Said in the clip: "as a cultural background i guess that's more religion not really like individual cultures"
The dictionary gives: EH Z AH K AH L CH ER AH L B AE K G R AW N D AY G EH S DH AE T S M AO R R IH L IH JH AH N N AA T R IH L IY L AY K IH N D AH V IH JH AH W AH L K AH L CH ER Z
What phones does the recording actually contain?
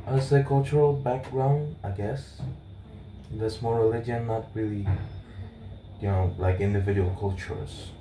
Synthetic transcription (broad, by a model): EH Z AH K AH L CH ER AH L B AE K G R AW N D AY G EH S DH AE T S M AO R R IH L IH JH AH N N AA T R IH L IY L AY K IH N D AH V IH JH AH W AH L K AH L CH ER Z